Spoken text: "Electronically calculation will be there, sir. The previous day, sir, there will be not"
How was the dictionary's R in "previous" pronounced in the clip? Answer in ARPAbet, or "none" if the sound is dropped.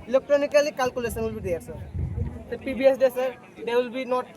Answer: none